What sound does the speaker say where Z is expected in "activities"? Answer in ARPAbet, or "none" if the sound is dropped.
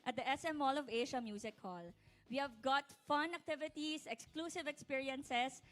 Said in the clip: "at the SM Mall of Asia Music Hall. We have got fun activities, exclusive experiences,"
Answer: S